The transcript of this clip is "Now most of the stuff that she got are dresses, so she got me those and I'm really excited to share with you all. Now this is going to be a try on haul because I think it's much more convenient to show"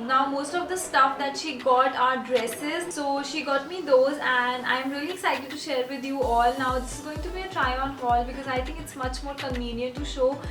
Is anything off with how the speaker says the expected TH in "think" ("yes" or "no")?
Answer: yes